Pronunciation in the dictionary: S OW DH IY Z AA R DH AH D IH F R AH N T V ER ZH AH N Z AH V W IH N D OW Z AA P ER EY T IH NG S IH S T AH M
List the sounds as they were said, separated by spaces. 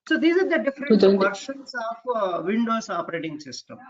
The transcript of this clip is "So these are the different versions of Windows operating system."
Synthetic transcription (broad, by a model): S OW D IY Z AA R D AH D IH F R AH T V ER SH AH N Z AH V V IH N D OW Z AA P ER EY T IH NG S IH S T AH M